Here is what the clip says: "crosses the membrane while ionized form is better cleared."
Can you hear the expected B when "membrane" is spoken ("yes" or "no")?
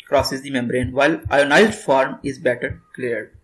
yes